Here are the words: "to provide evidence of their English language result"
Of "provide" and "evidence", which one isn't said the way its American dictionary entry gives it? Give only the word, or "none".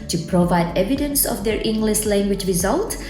none